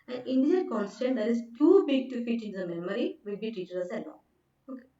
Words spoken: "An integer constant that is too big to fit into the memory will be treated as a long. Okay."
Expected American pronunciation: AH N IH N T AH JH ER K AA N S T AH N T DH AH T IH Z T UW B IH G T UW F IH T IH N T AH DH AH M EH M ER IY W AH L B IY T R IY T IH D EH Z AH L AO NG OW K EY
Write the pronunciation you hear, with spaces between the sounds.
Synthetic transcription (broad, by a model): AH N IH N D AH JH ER K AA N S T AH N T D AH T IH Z T UW B IH G T UW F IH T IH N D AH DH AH M EH M ER IY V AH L B IY T IY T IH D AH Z AH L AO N OW K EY